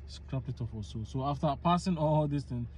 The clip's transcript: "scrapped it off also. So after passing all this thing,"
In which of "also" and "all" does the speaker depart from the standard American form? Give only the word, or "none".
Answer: also